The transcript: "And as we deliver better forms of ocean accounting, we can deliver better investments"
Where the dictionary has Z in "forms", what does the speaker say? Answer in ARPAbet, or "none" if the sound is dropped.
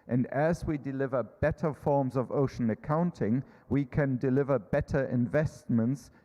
Z